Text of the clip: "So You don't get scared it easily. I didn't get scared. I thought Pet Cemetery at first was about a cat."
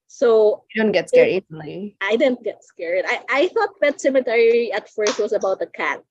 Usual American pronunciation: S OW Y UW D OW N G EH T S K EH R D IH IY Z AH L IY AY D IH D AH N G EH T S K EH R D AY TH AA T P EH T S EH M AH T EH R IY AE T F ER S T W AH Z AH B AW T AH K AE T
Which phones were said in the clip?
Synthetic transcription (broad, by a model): S OW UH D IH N G EH T S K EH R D IH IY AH IY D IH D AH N G EH T S K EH R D AY TH AA T B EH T S EH M AH T EH R IY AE T F ER S T W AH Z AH B AW T AH K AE T